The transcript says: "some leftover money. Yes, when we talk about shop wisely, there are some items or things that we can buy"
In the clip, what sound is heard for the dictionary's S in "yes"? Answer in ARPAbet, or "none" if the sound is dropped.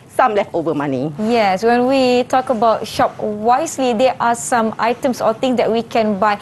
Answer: S